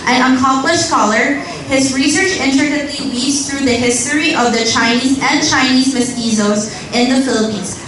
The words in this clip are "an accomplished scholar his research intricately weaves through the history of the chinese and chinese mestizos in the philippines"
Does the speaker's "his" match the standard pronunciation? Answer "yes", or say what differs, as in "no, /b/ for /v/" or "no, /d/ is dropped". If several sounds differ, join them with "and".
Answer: yes